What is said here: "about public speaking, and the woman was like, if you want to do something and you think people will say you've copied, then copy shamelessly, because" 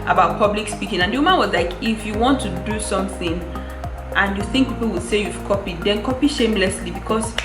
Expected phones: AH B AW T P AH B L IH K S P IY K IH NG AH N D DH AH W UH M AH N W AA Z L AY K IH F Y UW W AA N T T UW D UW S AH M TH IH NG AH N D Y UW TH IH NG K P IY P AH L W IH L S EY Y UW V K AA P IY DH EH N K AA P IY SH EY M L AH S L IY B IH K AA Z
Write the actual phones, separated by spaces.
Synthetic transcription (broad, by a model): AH B AW T P AH B L IH K S P IY K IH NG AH N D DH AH W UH M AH N W AA Z L AY K IH F Y UW W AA N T T UW D UW S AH M TH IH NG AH N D Y UW TH IH NG K P IY P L W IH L S EY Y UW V K AA P IY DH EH N K AA P IY SH EY M L AH S L IY B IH K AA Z